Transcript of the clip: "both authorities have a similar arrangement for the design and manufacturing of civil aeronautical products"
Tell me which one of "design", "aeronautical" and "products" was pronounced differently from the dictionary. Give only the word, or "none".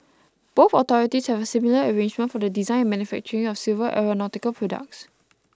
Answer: design